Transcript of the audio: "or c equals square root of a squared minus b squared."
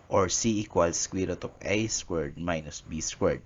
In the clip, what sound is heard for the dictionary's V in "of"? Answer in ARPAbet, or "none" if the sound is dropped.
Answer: P